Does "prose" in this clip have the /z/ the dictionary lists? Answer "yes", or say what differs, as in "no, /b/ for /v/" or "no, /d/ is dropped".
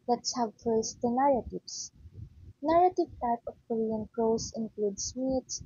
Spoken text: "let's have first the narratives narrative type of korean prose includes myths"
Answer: no, /s/ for /z/